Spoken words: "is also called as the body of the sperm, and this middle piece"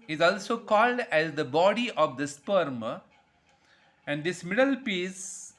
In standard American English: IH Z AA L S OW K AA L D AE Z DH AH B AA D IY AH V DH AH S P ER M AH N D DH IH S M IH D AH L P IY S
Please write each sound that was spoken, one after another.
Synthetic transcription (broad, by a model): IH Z AA L S OW K AA L D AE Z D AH B AA D IY AH V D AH S P ER M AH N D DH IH S M IH D AH L P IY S